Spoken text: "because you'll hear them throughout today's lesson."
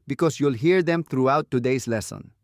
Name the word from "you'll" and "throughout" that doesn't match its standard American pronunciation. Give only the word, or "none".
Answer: throughout